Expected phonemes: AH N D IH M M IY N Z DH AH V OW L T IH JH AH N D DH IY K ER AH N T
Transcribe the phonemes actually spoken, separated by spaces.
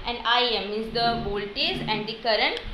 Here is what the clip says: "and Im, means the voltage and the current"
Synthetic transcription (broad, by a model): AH N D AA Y M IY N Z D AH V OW L T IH Z AH N D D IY K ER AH N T